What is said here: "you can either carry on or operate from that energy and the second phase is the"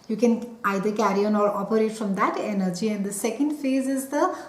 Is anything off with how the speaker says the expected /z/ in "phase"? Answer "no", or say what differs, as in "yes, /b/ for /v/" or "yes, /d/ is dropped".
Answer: no